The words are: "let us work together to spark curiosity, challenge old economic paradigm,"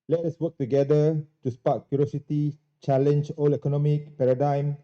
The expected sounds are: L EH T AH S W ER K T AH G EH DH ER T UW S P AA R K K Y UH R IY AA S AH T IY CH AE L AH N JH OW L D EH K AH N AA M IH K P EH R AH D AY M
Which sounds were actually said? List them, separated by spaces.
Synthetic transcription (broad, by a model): L EH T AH S W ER K T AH G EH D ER T UW S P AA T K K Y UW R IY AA S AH T IY CH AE L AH N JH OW L EH K AH N AA M IH K P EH R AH D AY M